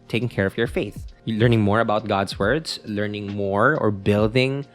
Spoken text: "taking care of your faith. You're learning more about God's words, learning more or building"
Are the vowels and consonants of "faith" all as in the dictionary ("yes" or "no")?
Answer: yes